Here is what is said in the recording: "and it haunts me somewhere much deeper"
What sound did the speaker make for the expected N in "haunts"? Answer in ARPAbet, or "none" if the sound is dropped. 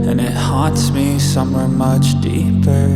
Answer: none